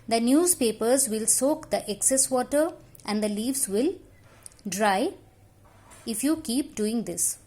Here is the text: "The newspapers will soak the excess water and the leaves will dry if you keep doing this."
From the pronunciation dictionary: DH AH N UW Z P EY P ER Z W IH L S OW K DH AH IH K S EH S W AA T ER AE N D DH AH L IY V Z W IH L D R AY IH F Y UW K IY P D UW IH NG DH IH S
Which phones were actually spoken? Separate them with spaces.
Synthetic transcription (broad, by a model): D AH N UW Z P EY P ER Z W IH L S OW K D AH IH K S EH S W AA T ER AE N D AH L IY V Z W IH L D R AY IH F Y UW K IY P D UW IH NG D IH S